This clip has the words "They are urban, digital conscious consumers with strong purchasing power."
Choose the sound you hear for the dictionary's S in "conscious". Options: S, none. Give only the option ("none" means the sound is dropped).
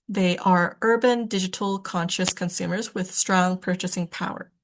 S